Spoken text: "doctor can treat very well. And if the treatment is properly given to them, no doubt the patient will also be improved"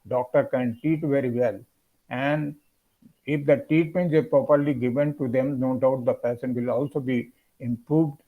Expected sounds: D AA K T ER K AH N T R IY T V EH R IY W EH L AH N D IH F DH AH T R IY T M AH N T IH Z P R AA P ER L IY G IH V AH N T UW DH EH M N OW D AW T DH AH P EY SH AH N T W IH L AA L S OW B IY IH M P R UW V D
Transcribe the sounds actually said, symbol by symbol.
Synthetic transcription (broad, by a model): D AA K T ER K AH N T IY T V EH R IY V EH L AH N D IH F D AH T IY T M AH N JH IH P R AA P ER L IY G IH V AH N T UW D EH M N OW D AW T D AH P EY S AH N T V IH L AA L S OW B IY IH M P R UW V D